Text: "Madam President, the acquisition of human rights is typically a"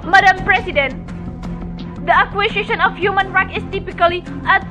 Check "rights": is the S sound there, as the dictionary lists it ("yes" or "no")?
no